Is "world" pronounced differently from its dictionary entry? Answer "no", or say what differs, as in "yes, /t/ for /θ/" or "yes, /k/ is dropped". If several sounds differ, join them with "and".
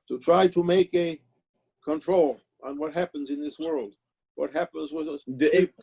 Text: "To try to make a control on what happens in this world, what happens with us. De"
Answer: no